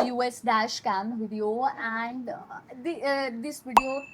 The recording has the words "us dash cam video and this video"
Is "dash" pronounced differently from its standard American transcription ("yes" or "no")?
no